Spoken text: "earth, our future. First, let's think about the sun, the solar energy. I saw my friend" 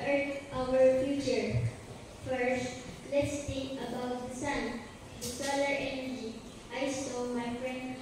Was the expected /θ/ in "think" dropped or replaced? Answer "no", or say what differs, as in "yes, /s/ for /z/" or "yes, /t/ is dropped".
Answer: yes, /t/ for /θ/